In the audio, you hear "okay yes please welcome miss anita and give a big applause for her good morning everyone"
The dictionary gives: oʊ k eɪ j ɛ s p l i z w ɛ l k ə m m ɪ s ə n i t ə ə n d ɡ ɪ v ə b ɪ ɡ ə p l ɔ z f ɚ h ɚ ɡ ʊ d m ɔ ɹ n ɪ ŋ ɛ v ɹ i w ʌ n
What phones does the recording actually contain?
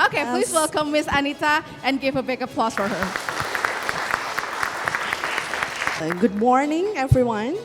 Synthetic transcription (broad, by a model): oʊ k eɪ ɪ p l i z w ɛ l k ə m m ɪ s ə n i t ə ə n ɡ ɪ v ə b ɪ ɡ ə p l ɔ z f ɚ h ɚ ɡ ʊ d m ɔ ɹ n ɪ ŋ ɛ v ɹ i w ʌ n